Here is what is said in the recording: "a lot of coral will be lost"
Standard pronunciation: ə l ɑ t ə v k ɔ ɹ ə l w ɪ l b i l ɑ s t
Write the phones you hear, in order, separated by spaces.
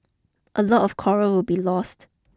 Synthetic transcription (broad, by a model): ə l ɑ t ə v k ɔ ɹ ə w ɪ l b i l ɑ s t